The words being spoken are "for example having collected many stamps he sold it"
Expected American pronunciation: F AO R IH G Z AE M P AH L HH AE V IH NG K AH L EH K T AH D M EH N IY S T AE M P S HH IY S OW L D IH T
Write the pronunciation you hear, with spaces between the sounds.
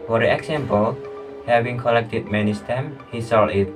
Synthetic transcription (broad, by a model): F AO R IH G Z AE M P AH L HH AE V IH NG K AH L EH K T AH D M EH N IY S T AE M HH IY S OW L IH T